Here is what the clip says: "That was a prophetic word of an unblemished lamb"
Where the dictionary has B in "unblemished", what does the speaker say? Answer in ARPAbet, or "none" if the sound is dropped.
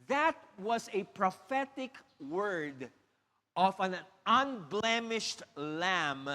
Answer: B